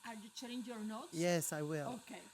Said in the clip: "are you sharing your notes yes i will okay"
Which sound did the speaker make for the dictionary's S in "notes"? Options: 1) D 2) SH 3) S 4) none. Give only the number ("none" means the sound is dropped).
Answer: 4